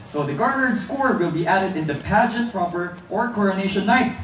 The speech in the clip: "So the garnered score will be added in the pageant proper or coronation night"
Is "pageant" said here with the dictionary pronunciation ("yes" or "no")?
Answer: yes